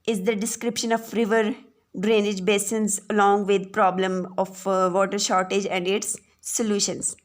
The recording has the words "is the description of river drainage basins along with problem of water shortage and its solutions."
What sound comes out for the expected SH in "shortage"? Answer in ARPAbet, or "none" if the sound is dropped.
SH